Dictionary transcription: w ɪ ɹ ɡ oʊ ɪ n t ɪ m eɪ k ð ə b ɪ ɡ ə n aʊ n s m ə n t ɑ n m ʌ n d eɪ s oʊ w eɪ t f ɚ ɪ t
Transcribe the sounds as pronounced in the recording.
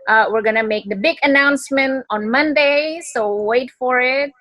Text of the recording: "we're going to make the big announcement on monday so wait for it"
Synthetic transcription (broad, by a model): w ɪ ɹ ɡ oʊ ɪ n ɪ m eɪ k ð ə b ɪ ɡ ə n aʊ n s m ə n t n m ʌ n d eɪ s oʊ w eɪ t f ɚ ɪ t